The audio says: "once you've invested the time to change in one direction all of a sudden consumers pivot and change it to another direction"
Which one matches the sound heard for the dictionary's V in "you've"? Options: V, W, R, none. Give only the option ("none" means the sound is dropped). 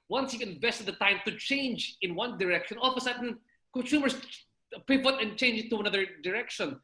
none